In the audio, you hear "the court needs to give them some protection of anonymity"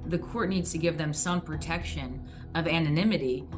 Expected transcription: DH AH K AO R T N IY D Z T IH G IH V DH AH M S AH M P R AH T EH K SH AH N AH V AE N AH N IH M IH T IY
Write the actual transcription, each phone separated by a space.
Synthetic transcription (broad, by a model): DH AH K AO R T N IY D Z T IH G IH V DH AH M S AH M P R AH T EH K SH AH N AH V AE N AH N IH M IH T IY